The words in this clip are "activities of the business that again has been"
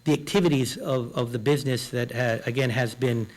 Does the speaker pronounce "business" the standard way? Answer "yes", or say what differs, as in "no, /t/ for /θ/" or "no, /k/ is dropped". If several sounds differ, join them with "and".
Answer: yes